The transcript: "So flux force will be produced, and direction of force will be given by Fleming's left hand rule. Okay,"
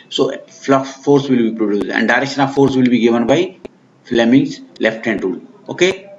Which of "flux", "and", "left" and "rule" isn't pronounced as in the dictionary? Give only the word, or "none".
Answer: flux